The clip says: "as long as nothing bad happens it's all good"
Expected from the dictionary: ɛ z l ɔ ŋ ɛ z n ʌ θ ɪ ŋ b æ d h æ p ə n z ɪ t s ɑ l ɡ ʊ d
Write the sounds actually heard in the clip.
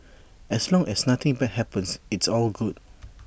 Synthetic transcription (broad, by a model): ɛ s l ɔ ŋ ɛ s n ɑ t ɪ ŋ b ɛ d h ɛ p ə n s ɪ t s ɑ l ɡ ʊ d